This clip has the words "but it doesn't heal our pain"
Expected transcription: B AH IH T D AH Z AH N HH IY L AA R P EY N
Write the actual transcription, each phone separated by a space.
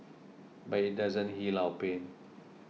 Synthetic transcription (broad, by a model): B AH IH T D AH Z AH N HH IY L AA W P EY N